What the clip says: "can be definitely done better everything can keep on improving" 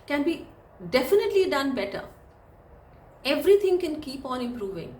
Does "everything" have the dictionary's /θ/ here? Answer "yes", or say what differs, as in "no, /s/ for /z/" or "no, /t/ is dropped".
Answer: no, /t/ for /θ/